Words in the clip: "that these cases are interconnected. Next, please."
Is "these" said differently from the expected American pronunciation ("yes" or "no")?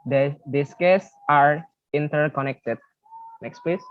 yes